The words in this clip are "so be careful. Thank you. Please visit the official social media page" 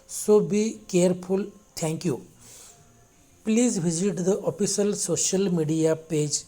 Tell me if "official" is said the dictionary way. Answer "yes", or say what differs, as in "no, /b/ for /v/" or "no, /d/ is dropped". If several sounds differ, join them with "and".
no, /s/ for /ʃ/